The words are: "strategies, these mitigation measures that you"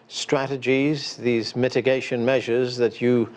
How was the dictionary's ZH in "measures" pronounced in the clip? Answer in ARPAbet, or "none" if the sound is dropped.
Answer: ZH